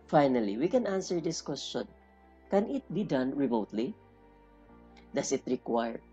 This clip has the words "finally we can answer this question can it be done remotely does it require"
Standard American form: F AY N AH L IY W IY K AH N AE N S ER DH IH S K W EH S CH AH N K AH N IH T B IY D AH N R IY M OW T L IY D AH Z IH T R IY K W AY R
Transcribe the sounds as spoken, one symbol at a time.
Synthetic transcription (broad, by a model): F AY N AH L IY W IY K AH N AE N S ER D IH S K W EH S CH AH N K AH N IH T B IY D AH N R IY M OW T L IY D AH S IH T R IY K W AY R